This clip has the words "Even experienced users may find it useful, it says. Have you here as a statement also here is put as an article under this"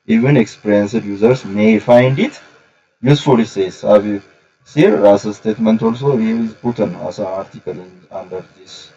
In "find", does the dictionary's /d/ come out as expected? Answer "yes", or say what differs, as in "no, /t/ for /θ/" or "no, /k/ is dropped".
yes